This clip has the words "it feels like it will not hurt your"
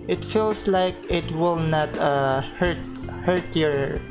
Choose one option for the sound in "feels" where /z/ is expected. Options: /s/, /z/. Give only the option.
/s/